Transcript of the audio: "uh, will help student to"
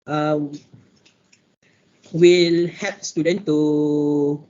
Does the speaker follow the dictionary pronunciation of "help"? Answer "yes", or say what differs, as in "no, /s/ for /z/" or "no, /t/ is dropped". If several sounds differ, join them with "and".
no, /l/ is dropped